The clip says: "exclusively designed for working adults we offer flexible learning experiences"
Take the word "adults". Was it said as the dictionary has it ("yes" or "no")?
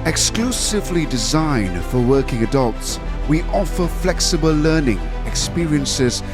yes